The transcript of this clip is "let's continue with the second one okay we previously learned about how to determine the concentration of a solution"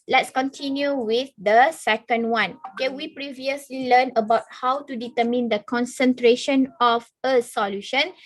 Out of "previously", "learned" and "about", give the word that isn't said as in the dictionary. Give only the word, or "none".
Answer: learned